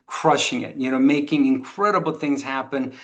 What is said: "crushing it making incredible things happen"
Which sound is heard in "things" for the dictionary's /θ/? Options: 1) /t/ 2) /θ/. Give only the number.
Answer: 2